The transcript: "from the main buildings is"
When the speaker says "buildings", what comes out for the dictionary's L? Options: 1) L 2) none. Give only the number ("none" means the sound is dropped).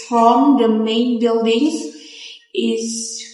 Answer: 1